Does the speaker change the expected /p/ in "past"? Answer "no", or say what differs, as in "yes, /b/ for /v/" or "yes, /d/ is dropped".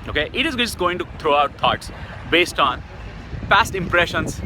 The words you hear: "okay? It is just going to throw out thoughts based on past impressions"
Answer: yes, /f/ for /p/